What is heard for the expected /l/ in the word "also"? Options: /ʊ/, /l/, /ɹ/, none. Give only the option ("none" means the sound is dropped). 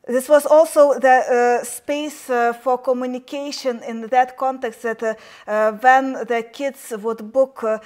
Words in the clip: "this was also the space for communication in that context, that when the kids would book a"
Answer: /l/